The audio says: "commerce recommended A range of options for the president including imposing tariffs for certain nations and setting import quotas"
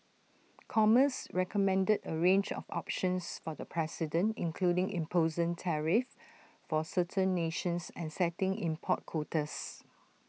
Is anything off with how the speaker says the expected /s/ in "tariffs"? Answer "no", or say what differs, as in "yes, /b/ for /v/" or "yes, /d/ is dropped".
yes, /s/ is dropped